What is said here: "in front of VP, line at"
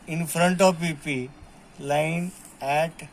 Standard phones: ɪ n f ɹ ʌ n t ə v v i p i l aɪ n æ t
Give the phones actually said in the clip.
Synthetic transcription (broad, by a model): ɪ n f ɹ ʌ n t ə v p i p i l aɪ n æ t